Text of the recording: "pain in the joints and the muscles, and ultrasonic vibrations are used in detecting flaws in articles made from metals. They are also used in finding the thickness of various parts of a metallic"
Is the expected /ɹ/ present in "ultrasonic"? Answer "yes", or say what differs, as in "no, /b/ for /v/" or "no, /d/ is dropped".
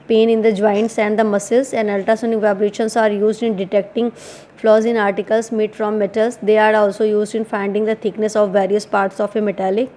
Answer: no, /ɹ/ is dropped